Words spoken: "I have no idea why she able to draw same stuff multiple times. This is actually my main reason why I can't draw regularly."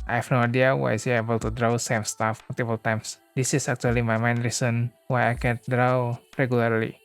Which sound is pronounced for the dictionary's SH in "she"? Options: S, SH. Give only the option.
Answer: S